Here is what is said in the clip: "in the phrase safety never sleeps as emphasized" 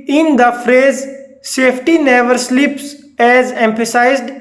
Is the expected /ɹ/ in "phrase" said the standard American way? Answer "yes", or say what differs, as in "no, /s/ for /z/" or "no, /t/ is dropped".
yes